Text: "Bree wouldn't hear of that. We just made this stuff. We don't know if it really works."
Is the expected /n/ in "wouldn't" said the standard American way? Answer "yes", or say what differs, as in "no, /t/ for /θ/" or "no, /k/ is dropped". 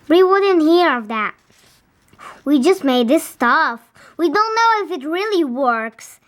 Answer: yes